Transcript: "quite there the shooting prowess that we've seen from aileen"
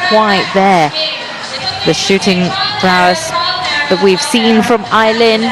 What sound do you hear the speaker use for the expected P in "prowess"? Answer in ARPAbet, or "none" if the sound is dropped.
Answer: B